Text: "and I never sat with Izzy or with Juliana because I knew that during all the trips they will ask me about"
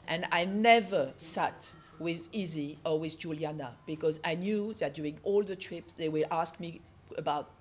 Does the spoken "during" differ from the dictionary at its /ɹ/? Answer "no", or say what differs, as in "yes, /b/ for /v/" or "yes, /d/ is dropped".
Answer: yes, /ɹ/ is dropped